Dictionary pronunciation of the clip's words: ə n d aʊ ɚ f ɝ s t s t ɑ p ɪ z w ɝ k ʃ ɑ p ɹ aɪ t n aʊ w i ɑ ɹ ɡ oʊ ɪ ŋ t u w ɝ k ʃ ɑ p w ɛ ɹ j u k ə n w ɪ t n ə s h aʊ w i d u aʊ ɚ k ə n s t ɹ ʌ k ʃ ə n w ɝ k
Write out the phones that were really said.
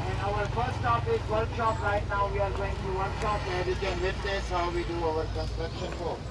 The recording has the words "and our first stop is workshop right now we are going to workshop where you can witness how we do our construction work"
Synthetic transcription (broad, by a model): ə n aʊ ɚ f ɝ t s t ɑ p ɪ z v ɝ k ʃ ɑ p ɹ aɪ t n aʊ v i ɑ ɹ ɡ oʊ ɪ ŋ t u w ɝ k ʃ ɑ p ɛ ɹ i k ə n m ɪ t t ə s h aʊ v i d u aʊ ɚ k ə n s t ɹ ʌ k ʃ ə n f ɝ